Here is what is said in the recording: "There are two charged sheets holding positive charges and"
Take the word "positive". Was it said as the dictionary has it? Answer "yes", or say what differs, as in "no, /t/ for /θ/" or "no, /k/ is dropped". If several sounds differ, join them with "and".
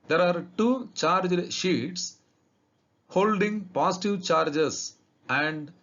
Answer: no, /s/ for /z/